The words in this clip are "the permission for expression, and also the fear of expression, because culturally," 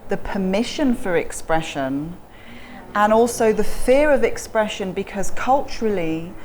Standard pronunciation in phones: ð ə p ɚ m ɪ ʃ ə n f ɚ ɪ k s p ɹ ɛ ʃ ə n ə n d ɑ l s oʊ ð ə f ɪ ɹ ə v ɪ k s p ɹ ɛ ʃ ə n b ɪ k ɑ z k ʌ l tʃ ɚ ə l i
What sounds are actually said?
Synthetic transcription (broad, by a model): ð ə p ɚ m ɪ ʃ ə n f ɚ ɪ k s p ɹ ɛ ʃ ə n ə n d ɑ l s oʊ ð ə f ɪ ɹ ə v ɪ k s p ɹ ɛ ʃ ə n b ɪ k ɑ z k ʌ l tʃ ɚ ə l i